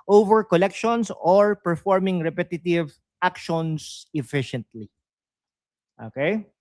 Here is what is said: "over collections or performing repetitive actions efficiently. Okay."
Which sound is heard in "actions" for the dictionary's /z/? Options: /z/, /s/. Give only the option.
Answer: /s/